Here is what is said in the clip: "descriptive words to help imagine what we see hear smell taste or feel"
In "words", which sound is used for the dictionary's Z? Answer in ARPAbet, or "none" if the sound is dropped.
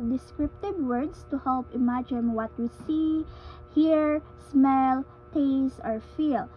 S